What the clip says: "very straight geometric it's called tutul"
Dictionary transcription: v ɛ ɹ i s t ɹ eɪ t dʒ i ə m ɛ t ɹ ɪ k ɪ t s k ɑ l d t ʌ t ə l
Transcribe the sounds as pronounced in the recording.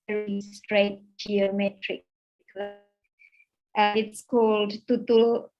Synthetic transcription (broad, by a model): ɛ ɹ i s t ɹ eɪ t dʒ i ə m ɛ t ɹ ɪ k ɪ t s k ɑ l d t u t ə